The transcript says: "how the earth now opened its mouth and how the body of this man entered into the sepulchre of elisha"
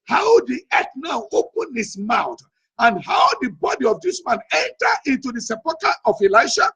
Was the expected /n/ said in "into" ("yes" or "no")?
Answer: yes